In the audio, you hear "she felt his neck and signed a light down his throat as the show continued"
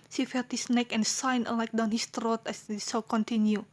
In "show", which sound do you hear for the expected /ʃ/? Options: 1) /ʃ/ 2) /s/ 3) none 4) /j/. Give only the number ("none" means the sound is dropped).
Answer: 2